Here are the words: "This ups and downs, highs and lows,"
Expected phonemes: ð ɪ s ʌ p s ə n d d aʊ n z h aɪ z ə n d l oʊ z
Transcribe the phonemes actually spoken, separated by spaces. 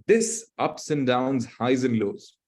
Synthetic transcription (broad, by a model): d ɪ s ʌ p s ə n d d aʊ n z h aɪ z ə n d l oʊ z